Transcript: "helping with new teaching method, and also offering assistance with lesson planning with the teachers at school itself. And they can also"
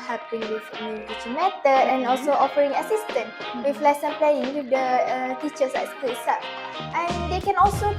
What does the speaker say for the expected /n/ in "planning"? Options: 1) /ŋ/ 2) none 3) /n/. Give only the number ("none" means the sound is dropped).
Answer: 2